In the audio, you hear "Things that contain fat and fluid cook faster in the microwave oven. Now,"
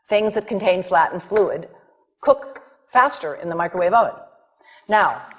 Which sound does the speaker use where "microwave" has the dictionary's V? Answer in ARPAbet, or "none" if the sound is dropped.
V